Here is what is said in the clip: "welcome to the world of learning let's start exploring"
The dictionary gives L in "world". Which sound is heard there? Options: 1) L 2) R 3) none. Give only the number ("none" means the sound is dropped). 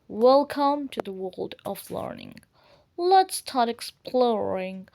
1